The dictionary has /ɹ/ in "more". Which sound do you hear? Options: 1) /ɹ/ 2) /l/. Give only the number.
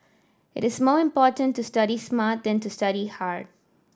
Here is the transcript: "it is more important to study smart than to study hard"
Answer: 1